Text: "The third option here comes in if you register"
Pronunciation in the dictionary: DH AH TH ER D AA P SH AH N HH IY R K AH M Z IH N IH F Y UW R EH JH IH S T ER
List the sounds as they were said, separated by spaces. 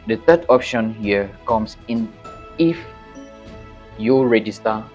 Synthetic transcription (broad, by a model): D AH T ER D AA P SH AH N HH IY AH K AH M S IH N IH F Y UW R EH JH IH S T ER